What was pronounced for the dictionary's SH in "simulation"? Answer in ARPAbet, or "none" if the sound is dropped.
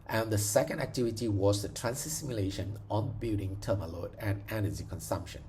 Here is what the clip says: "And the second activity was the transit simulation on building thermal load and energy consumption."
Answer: SH